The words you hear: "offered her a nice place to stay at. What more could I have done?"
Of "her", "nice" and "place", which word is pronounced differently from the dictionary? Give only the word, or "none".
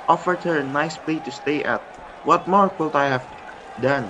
place